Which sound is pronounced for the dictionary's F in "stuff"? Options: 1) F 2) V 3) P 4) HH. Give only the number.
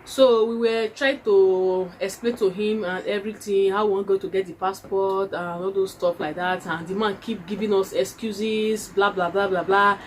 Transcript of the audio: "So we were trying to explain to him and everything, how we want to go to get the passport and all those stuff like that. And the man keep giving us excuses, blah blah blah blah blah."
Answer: 3